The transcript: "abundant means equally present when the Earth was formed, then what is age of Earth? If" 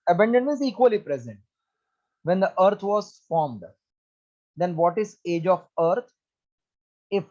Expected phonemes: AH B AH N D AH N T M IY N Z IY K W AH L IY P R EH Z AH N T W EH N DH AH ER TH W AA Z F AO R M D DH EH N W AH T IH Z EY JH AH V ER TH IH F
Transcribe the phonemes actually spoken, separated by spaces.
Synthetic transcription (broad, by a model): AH B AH N D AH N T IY Z IY K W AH L IY P R EH Z AH N T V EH N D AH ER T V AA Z F AO R M D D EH N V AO T IH Z EY JH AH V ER T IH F